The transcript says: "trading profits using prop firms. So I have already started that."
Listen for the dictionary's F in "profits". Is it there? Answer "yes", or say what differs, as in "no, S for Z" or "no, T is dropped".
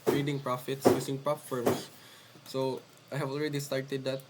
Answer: yes